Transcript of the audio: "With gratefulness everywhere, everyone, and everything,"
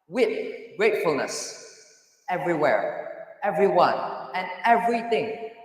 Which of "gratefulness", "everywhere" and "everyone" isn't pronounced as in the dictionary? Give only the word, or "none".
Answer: none